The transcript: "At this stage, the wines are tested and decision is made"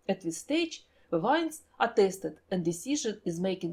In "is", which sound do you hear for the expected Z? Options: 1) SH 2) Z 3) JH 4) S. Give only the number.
2